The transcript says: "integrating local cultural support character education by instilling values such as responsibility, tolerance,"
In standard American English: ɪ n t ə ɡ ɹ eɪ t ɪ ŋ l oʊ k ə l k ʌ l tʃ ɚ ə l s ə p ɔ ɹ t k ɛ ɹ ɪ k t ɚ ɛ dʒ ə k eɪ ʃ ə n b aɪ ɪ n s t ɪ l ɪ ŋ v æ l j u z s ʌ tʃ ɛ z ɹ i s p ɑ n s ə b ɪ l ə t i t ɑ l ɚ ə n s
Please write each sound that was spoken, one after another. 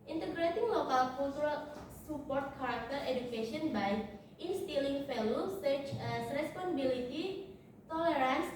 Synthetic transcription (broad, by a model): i n t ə ɡ ɹ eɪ t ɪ ŋ l oʊ k ə l k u l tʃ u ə l s ə p ɔ ɹ t k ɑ ɹ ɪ k t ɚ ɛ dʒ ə k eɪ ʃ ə n b aɪ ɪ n s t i l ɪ ŋ f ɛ l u s ʌ tʃ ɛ s ɹ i s p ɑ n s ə b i l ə t i t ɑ l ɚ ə n s